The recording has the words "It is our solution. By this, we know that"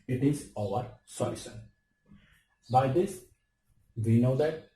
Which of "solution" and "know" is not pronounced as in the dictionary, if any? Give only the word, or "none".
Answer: solution